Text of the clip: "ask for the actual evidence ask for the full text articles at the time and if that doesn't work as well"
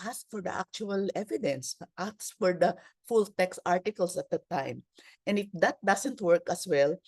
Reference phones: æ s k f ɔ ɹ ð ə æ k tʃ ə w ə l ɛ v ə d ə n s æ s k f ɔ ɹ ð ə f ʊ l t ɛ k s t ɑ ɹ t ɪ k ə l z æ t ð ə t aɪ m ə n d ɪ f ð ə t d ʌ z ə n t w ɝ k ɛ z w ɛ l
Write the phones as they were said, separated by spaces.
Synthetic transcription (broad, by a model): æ s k f ɔ ɹ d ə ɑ k tʃ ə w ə l ɛ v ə d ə n s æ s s f ɔ ɹ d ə f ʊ l t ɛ k s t ɑ ɹ t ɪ k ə l s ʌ t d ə t aɪ m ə n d ɪ f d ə t d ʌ s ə n t w ɝ k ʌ s w ɛ l